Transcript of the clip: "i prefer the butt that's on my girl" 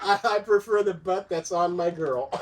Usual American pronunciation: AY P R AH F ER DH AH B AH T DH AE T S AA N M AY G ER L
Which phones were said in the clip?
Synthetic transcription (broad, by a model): AY P R AH F ER DH AH B AH T DH AE T S N M AY G ER L